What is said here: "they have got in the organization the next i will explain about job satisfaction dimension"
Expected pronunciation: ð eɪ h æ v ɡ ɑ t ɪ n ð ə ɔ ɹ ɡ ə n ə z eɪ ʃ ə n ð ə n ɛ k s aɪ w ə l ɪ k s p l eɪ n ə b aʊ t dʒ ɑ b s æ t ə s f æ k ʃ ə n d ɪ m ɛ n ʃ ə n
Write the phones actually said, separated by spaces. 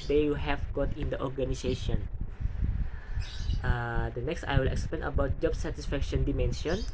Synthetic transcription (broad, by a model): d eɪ h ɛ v ɡ ɑ t ɪ n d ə ɔ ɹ ɡ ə n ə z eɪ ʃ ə n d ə n ɛ k s aɪ w ə l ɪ k s p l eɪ n ə b aʊ t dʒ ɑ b s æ t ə s f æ k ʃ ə n d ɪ m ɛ n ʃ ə n